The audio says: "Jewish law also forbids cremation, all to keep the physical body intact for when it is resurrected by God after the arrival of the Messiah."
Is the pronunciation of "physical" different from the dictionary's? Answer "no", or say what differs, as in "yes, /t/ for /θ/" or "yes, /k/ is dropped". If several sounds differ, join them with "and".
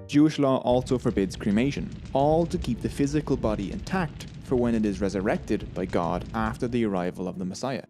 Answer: no